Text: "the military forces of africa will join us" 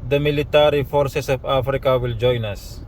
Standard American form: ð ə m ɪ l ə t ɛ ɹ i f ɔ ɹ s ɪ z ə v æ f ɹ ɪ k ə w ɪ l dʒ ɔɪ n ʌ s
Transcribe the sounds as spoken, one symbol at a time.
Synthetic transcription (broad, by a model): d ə m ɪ l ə t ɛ ɹ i f ɔ ɹ s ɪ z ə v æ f ɹ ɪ k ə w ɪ l dʒ ɔɪ n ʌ s